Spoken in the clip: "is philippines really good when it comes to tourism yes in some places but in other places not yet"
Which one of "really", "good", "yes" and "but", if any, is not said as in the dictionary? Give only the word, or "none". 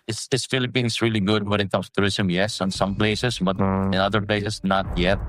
none